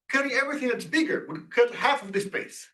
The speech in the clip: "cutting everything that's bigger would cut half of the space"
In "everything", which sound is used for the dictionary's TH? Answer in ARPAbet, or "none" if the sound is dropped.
TH